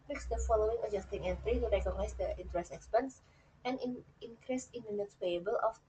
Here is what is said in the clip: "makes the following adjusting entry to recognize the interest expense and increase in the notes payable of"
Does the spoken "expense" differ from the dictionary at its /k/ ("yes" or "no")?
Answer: no